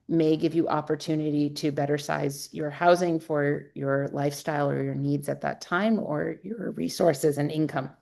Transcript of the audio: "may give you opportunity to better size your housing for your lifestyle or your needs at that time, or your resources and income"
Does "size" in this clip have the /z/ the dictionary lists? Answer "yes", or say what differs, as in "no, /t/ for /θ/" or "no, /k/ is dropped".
yes